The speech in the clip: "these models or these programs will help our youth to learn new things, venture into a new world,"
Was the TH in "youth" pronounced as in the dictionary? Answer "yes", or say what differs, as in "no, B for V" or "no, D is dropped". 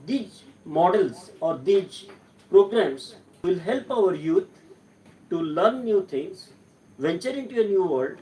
no, T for TH